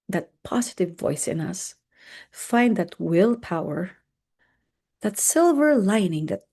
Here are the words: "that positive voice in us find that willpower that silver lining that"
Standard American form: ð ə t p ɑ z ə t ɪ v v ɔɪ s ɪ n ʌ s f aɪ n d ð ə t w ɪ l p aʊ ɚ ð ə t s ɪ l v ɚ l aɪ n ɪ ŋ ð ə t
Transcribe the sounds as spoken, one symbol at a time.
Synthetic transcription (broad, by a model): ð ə t p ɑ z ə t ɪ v v ɔɪ s ɪ n ʌ s f aɪ n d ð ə t w ɪ l p aʊ ɚ ð ə t s ɪ l v ɚ l aɪ n ɪ ŋ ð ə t